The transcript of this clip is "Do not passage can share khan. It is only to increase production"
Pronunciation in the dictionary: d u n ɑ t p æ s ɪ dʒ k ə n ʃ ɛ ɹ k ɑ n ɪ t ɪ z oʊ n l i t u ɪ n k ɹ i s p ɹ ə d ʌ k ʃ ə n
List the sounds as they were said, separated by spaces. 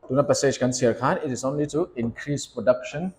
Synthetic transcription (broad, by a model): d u n ɑ t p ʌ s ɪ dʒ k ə n s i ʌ k ɑ n ɪ t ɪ s oʊ n l i t u ɪ n k ɹ i s p ɹ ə d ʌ k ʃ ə n